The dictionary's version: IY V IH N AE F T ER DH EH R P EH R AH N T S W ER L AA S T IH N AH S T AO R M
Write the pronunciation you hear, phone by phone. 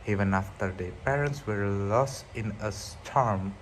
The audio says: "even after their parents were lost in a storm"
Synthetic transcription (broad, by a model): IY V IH N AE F T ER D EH P EH R AH N T S W ER L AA S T IH N AH S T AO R M